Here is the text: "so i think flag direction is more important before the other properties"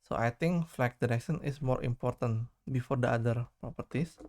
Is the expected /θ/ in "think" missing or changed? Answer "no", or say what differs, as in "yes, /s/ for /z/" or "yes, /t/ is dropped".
yes, /t/ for /θ/